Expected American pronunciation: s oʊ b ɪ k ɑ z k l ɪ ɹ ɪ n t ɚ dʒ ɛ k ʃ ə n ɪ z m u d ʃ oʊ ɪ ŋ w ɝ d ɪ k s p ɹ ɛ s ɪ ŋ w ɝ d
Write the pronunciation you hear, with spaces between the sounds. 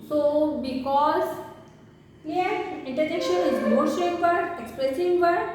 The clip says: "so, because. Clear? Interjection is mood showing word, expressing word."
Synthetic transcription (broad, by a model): s oʊ b ɪ k ɑ z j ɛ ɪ n t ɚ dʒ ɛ k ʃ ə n ɪ z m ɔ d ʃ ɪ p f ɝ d ɪ k s p ɹ ɛ s ɪ ŋ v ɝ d